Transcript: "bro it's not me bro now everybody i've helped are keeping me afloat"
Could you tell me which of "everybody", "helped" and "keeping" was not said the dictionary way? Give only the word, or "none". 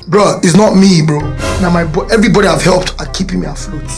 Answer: none